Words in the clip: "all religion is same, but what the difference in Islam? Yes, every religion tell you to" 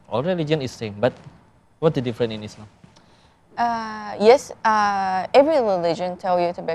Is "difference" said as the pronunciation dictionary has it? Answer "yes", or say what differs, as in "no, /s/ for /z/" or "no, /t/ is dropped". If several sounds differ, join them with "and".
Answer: no, /s/ is dropped